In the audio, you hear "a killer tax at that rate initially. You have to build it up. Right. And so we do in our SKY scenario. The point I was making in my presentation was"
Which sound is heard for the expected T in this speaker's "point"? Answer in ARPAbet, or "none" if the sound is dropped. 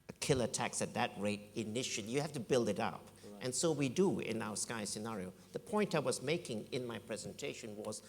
T